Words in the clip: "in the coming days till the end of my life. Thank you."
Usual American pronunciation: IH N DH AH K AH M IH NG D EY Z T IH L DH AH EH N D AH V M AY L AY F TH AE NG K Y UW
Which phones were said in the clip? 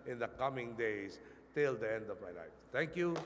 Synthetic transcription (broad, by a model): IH N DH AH K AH M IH NG D EY S T IH L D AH EH N D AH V M AY N AY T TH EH NG K Y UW